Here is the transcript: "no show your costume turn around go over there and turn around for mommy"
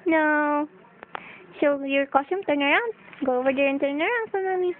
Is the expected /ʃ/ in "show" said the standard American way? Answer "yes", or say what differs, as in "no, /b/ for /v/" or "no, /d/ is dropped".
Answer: no, /s/ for /ʃ/